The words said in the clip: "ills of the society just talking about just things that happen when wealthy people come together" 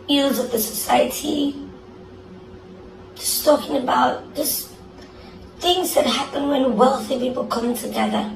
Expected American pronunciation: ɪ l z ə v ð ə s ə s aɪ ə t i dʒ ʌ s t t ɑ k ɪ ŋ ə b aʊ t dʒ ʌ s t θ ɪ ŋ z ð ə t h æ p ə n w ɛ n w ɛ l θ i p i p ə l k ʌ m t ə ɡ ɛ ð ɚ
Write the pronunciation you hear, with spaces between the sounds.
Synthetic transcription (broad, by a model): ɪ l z ə v ð ə s ə s aɪ ə t i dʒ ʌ s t t ɑ k ɪ ŋ ə b aʊ t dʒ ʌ s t θ ɪ ŋ z ð ə t h æ p ə n w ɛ n w ɛ l θ i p i p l k ʌ m t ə ɡ ɛ ð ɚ